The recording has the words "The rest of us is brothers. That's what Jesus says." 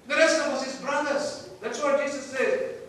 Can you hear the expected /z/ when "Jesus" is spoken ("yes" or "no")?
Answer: no